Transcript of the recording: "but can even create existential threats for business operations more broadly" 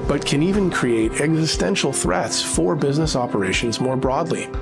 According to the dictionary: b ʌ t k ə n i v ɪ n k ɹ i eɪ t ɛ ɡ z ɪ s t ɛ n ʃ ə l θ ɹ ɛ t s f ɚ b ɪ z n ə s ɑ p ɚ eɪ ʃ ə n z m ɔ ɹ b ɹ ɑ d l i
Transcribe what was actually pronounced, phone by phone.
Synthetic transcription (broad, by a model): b ʌ t k ə n i v ɪ n k ɹ i eɪ t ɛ ɡ z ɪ s t ɛ n ʃ l θ ɹ ɛ t s f ɚ b ɪ z n ə s ɑ p ɚ eɪ ʃ ə n z m ɔ ɹ b ɹ ɑ d l i